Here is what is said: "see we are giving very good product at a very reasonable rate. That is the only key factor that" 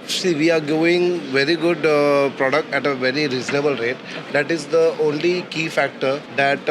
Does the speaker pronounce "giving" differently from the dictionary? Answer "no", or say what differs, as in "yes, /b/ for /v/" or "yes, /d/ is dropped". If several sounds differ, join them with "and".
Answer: yes, /v/ is dropped